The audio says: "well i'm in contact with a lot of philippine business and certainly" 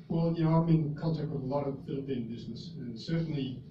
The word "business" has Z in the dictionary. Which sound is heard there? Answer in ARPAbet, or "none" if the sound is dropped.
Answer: Z